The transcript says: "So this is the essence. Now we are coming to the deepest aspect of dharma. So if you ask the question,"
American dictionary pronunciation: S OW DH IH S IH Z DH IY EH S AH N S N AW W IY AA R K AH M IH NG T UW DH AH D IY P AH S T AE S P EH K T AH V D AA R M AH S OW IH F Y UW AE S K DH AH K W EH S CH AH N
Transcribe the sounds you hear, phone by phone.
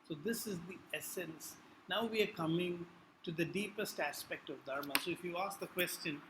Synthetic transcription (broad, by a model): S OW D IH S IH Z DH IY EH S AH N S N AW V IY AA R K AH M IH NG T UW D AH D IY P AH S T AE S P EH K T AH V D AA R M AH S OW IH F Y UW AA S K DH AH K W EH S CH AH N